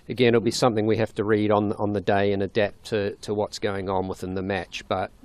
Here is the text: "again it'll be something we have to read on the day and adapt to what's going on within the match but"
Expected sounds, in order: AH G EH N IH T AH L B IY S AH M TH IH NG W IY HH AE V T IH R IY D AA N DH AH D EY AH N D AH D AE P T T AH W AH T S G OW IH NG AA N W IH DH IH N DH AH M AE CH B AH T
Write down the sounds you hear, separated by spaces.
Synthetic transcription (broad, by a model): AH G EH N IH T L B IY S AH M TH IH NG W IY HH AE F T IH R IY D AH N DH AH D EY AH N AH D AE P T T AH W AH T S G OW IH NG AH N W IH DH IH N DH AH M AE CH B AH T